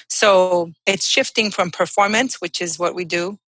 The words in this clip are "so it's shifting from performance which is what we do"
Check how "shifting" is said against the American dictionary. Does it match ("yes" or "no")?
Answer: yes